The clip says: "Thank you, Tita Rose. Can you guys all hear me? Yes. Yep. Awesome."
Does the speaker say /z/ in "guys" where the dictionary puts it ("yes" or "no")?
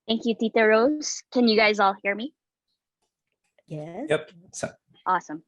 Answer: yes